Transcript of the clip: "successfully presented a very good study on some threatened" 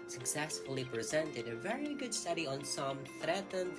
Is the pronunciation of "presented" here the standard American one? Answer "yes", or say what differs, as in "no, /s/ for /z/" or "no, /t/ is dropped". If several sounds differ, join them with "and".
yes